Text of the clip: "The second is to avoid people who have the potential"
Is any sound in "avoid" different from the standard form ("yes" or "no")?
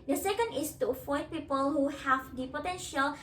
yes